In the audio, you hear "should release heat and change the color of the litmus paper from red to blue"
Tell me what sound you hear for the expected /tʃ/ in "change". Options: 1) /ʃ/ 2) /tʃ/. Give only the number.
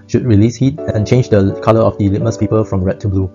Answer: 2